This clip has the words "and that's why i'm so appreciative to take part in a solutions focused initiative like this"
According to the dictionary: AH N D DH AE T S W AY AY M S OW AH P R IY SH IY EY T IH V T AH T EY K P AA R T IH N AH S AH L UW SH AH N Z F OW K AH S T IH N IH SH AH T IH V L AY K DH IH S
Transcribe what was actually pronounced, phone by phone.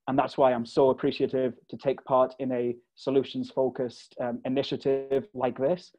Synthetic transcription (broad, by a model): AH N DH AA T S W AY AY M S OW AH P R IY SH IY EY T IH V T AH T EY K P AA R T IH N AH S AH L UW SH AH N Z F OW K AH S T IH N IH SH AH T IH V L AY K DH IH S